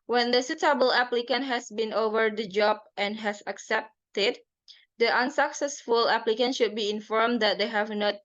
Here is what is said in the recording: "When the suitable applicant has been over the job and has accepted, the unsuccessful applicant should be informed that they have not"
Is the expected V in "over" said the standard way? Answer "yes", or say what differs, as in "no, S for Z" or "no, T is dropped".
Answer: yes